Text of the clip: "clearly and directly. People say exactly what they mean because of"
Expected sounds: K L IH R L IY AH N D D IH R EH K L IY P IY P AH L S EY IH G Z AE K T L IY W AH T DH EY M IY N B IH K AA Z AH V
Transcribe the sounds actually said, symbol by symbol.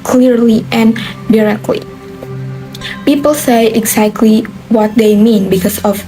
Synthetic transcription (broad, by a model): K L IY R L IY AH N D D IH R EH K L IY P IY P AH L S EY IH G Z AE K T L IY W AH T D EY M IY N B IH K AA S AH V